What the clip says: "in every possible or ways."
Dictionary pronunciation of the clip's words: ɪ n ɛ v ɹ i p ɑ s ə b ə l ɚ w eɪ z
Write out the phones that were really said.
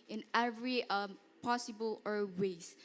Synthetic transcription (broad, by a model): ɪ n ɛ v ɹ i p ɑ s ə b ə l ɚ w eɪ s